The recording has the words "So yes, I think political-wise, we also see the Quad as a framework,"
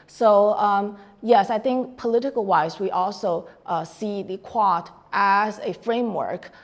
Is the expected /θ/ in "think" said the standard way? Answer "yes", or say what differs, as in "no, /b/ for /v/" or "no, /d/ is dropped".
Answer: yes